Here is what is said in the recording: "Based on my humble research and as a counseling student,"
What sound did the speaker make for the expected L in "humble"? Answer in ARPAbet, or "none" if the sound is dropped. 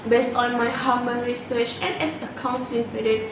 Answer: N